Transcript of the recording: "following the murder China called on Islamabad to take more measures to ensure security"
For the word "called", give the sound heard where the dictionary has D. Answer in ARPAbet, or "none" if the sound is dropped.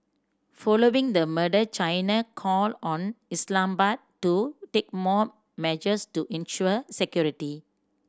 none